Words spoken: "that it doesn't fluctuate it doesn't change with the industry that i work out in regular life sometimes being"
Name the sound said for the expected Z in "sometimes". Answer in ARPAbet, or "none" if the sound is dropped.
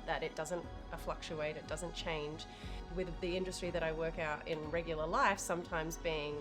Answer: Z